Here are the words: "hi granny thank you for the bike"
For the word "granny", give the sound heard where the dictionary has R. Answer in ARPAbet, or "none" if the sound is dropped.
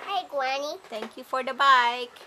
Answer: W